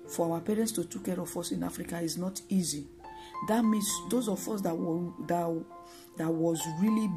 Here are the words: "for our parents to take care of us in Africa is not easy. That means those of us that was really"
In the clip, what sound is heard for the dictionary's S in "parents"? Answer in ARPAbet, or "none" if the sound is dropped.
S